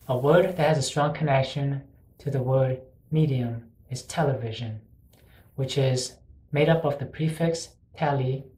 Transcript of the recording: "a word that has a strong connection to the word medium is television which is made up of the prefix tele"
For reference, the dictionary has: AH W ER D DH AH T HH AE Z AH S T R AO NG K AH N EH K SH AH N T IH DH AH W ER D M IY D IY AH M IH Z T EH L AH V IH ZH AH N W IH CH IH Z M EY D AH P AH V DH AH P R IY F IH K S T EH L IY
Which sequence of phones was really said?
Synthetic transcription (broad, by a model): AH W ER D DH AH T HH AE Z AH S T R AO NG K AH N EH K SH AH N T IH DH AH W ER D M IY D IY AH M IH Z T EH L AH V IH ZH AH N W IH CH IH Z M EY D AH P AH V DH AH P R IY F IH K S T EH L IY